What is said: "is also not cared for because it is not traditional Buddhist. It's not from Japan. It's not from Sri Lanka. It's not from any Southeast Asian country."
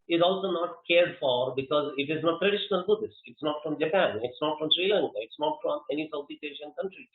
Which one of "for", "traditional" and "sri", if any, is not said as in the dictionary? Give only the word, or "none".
none